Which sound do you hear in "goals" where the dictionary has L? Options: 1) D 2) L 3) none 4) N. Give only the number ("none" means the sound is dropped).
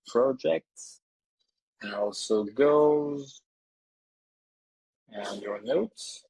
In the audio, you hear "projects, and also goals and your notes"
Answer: 3